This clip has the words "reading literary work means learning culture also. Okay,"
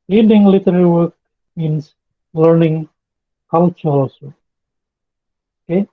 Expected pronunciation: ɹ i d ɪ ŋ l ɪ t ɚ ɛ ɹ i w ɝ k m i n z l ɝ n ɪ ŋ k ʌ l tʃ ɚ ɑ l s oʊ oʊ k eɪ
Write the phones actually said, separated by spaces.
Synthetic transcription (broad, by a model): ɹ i d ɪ ŋ l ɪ t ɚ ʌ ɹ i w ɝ k m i n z l ɝ n ɪ ŋ k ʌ l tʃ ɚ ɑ s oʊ oʊ k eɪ